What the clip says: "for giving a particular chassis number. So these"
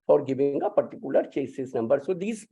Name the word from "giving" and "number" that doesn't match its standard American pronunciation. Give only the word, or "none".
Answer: giving